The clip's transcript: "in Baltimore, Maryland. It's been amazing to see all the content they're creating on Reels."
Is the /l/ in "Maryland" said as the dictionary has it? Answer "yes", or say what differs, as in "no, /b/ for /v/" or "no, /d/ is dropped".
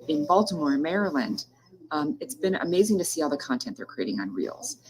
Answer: yes